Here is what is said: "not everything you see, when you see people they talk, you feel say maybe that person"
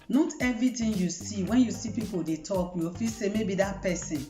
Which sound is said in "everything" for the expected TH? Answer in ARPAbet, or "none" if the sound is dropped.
T